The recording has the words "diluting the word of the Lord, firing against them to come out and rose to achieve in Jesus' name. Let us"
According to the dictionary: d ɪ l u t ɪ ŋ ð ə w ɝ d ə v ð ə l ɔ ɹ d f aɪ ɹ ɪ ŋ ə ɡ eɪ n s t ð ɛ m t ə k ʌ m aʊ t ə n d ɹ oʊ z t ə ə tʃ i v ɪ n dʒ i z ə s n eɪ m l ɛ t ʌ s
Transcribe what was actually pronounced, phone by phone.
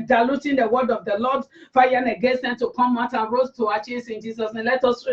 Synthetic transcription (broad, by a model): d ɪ l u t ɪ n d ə w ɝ d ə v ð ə l ɔ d f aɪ ɪ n ə ɡ eɪ n s t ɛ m t ə k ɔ m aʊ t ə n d ɹ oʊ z t ə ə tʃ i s ɪ n dʒ i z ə s n eɪ m l ɛ t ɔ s